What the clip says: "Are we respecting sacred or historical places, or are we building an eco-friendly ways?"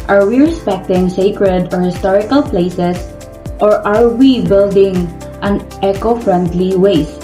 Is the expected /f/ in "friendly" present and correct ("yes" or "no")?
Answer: yes